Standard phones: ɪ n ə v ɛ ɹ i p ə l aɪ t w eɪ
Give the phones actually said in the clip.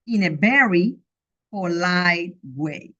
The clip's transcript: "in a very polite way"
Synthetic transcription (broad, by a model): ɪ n ə b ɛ ɹ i f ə l aɪ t w eɪ